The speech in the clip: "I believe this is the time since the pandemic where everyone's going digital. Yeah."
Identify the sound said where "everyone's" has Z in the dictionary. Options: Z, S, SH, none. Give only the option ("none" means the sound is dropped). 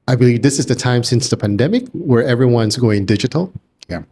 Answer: Z